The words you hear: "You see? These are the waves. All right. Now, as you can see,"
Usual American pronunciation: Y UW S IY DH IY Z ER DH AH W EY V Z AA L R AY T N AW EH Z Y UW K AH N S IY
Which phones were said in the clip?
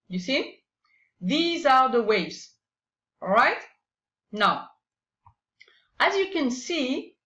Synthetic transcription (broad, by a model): Y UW S IY DH IY Z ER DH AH W EY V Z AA R AY T N AW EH Z Y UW K AH N S IY